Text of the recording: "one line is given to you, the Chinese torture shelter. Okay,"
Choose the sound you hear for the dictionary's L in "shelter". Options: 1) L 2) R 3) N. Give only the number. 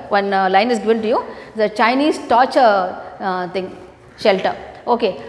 1